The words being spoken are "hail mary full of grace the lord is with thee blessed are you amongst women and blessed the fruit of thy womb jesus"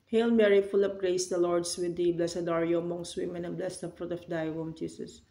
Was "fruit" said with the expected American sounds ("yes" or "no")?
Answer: yes